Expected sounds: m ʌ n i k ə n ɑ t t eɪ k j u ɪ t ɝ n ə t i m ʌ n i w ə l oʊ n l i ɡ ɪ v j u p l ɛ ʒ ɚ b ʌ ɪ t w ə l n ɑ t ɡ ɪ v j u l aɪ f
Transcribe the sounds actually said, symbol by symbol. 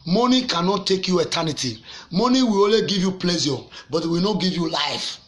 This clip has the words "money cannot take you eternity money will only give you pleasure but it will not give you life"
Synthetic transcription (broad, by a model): m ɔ n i k ə n ɑ t t eɪ k j u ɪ t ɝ n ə t i m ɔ n i w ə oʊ l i ɡ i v j u p l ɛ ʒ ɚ b ɪ t w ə n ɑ ɡ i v j u l aɪ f